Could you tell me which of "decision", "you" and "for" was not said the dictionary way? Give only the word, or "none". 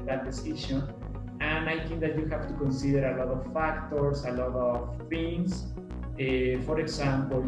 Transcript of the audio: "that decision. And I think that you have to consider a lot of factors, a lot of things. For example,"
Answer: decision